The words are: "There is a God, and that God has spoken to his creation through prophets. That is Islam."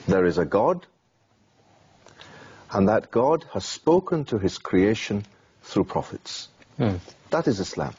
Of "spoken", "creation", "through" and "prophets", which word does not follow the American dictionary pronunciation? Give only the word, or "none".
none